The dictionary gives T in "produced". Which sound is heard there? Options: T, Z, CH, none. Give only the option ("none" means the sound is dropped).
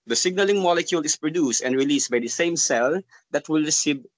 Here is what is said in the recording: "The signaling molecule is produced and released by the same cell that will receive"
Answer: T